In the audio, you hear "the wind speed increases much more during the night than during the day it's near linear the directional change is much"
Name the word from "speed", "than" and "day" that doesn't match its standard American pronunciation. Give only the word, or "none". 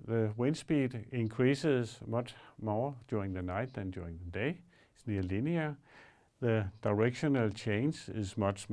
speed